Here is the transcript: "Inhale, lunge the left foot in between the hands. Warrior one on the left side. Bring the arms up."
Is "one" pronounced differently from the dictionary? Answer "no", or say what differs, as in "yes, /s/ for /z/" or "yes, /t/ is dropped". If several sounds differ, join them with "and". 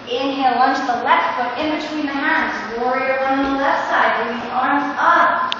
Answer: yes, /n/ is dropped